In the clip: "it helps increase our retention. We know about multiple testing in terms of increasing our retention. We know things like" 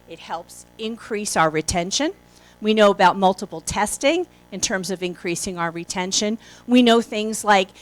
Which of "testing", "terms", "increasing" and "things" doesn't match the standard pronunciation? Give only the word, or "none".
none